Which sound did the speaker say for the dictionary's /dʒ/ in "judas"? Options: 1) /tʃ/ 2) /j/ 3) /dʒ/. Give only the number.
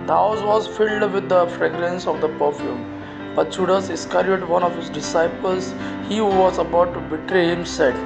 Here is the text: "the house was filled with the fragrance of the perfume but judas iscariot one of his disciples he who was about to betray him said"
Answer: 1